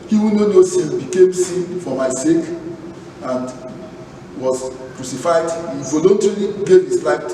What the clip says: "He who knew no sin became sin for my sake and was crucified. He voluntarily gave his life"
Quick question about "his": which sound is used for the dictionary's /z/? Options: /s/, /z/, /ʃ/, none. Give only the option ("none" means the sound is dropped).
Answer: /s/